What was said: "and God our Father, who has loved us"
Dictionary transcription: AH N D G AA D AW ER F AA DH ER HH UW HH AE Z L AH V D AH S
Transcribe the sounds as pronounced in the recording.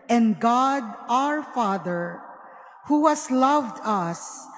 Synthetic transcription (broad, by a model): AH N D G AA D AW ER F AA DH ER HH UW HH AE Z L AH V D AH S